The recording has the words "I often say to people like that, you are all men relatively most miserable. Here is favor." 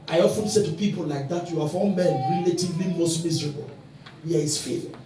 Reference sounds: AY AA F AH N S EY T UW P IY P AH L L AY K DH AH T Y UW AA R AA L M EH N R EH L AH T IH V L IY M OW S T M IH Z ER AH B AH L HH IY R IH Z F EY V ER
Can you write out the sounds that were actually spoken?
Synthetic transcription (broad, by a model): AY AA F AH N S EY T UW P IY P AH L L AY K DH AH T Y UW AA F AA N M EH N R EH L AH T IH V L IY M OW S T M IH Z ER AH B AH L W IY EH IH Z F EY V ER